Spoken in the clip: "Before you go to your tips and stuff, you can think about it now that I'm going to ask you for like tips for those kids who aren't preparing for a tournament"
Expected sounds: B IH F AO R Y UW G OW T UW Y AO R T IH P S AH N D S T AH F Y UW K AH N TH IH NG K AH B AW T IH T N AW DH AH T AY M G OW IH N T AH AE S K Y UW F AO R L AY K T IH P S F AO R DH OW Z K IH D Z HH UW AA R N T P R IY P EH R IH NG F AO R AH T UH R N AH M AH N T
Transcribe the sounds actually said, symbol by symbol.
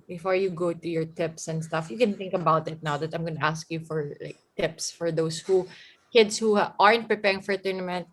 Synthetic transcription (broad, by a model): B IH F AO R Y UW G OW T UW Y AO R T IH P S AH N D S T AH F Y UW K AH N TH IH NG K AH B AW T IH T N AW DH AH T AY M G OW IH N T AH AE S K Y UW F AO R L AY K T IH P S F AO R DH OW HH K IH D S HH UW AA R N T P R IY P EH R IH NG F AO R T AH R N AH M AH N T